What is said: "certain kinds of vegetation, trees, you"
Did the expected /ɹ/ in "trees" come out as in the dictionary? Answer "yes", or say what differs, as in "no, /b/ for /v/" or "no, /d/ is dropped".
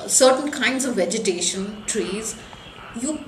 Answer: yes